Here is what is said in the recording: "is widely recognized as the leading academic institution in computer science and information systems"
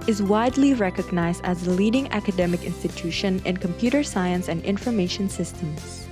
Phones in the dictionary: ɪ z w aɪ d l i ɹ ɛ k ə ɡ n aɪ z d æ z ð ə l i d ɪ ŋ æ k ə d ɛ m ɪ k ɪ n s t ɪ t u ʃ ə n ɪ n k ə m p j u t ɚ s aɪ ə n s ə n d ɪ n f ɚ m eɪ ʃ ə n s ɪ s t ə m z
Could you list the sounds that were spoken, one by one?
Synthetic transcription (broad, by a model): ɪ z w aɪ d l i ɹ ɛ k ə ɡ n aɪ z d æ z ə l i d ɪ ŋ æ k ə d ɛ m ɪ k ɪ n s t ɪ t u ʃ ə n ɪ n k ə m p j u t ɚ s aɪ ə n s ə n d ɪ n f ɚ m eɪ ʃ ə n s ɪ s t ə m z